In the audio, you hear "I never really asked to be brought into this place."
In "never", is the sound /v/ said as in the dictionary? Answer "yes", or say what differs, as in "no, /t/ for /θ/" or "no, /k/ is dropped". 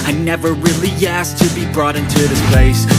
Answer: yes